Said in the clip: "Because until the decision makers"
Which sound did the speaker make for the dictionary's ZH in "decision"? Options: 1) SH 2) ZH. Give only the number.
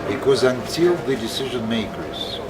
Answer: 2